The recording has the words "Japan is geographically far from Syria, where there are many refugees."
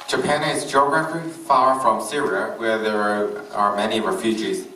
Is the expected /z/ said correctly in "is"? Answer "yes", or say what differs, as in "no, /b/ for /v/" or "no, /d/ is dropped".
yes